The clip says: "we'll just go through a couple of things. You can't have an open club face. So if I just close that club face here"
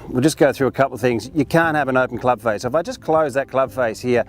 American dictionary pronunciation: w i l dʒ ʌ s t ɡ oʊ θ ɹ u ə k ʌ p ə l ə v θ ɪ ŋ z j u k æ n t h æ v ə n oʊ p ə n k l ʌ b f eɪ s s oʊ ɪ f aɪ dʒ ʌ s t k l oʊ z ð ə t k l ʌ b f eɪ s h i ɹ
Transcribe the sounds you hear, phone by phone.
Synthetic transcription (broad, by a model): w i l dʒ ʌ s ɡ oʊ θ ɹ u ə k ʌ p l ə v θ ɪ ŋ z j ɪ k æ n t h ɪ v ə n oʊ p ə n k l ʌ b f eɪ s s oʊ ɪ f aɪ dʒ ʌ s k l oʊ z ð ə t k l ʌ b f eɪ s h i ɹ